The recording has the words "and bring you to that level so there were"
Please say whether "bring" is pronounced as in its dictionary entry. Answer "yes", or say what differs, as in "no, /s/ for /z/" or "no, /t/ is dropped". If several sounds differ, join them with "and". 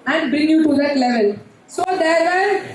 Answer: yes